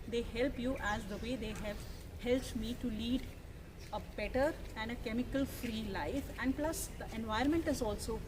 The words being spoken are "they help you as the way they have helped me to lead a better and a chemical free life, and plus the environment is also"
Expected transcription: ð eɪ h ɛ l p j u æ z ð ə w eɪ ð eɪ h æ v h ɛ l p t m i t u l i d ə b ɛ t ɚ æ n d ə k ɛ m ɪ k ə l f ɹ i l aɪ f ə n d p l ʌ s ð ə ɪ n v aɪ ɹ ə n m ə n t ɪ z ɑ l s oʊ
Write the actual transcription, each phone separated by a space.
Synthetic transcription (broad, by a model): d eɪ h ɛ l p j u æ z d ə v eɪ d eɪ h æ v h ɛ l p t m i t u l i d ə b ɛ t ɚ æ n d ə k ɛ m ɪ k ə l f ɹ i l aɪ f ə n d p l ʌ s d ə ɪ n v aɪ ə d m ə n t ɪ z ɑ l s oʊ